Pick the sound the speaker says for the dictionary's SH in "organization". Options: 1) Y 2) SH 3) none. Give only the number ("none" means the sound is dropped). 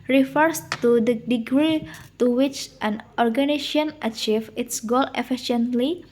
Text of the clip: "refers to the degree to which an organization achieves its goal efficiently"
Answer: 3